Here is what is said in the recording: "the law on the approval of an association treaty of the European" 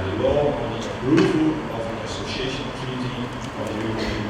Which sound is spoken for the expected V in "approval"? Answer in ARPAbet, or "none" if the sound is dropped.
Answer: F